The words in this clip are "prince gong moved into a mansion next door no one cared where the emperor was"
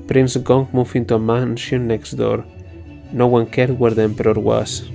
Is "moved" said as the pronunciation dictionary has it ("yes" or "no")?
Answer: no